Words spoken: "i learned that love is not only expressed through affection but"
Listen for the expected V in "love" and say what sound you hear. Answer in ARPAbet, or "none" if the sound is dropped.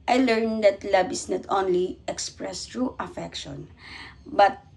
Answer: B